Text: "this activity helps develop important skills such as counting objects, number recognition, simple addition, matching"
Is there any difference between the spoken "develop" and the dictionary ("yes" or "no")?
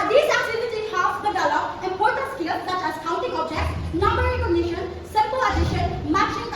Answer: yes